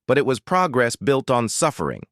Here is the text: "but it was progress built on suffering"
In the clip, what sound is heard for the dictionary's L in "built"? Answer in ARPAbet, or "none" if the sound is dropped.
L